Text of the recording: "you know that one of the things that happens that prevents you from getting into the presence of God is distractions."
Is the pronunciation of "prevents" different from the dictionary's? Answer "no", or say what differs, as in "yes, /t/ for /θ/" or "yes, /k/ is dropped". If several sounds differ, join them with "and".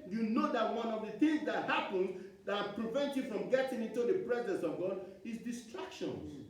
yes, /s/ is dropped